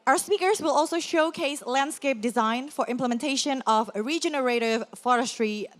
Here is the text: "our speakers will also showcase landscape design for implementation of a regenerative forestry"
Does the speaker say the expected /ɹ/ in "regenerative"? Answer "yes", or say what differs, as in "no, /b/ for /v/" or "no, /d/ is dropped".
yes